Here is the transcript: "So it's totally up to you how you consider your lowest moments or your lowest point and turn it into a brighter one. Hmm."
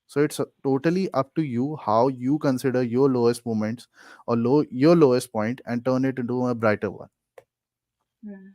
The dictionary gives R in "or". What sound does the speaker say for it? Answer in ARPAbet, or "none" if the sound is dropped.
L